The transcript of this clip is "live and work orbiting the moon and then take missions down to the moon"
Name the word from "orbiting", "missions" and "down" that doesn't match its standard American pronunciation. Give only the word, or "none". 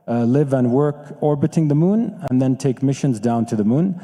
none